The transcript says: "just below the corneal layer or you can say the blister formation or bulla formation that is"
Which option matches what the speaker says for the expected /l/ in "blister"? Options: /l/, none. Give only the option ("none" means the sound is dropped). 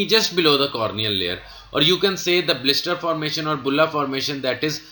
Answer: /l/